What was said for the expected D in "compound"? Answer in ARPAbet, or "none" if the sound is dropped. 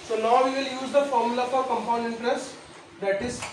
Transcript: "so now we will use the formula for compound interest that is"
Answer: none